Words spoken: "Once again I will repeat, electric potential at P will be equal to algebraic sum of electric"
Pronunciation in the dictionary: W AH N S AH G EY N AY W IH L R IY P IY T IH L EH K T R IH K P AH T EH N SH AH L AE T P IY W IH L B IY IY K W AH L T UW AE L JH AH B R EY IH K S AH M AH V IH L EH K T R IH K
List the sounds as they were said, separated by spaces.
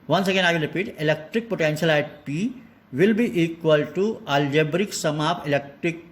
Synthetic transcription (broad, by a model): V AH N S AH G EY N AY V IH L R IY P IY T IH L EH K T R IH K P AH T EH N SH AH L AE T P IY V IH L B IY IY K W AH L T UW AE L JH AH B R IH K S AH M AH P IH L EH K T R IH K